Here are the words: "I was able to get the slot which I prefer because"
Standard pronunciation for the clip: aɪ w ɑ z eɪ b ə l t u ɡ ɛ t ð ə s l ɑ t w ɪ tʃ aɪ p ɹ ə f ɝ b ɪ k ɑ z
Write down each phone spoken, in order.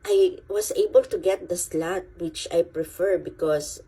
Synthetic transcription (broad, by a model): aɪ w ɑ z eɪ b ə l t u ɡ ɛ t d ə s l ɑ t w ɪ tʃ aɪ p ɹ ə f ɝ b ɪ k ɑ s